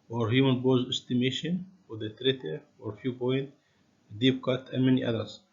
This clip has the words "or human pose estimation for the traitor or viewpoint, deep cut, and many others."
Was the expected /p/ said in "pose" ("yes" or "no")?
no